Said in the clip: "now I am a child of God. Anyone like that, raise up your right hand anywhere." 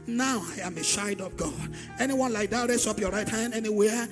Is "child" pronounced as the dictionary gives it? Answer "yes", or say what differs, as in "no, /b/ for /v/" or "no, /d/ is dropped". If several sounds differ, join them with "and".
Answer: no, /ʃ/ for /tʃ/ and /l/ is dropped